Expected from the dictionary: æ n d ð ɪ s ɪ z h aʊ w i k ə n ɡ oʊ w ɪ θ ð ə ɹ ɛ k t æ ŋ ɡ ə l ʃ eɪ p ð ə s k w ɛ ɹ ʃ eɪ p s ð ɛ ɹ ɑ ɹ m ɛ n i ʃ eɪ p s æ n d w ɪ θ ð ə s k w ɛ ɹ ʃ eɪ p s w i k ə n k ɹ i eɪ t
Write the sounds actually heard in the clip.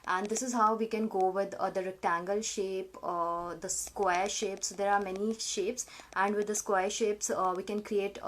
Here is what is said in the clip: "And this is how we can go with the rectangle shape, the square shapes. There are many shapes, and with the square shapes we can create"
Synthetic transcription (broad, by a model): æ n d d ɪ s ɪ z h aʊ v i k ə n ɡ oʊ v ɪ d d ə ɹ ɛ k t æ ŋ ɡ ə l ʃ eɪ p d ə s k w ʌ ɹ ʃ eɪ p s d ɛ ɹ ɑ ɹ m ɛ n i ʃ eɪ p s æ n d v ɪ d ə s k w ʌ ɹ ʃ eɪ p s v i k ə n k ɹ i eɪ t